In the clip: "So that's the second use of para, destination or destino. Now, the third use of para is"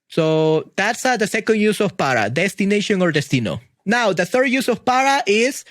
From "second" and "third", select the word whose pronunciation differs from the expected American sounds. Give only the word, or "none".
none